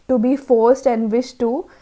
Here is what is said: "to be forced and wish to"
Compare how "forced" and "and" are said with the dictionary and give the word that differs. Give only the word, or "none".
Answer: none